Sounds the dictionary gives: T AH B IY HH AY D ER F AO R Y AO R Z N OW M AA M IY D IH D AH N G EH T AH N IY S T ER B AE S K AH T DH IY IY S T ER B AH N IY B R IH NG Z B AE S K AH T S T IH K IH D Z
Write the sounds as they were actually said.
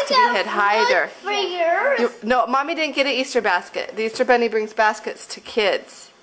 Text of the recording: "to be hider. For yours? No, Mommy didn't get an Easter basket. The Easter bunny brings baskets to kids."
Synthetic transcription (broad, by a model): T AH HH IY HH AY D ER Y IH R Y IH N OW M AA M IY D IH D N G EH T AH IY S T ER B AE S K AH T DH IY IY S T ER B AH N IY B R IH NG Z B AE S K AH T S T IH K IH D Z